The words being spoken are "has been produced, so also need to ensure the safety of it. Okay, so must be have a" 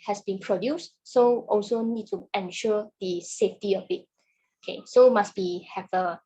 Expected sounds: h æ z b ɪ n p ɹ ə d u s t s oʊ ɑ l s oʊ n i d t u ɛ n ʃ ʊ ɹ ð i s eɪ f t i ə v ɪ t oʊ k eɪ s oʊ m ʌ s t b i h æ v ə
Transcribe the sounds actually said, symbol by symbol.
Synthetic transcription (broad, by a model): h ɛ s b ɪ n p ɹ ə d u s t s oʊ ɑ l s oʊ n i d t u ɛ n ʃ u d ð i s eɪ f t i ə b ɪ t oʊ k eɪ s oʊ m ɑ s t b i h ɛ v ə